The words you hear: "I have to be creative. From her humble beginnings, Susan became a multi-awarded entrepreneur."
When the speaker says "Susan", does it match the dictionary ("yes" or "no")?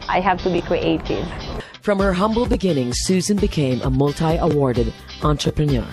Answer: yes